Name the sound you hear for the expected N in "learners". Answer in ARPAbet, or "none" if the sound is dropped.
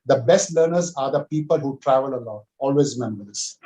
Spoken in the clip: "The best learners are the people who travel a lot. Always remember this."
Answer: N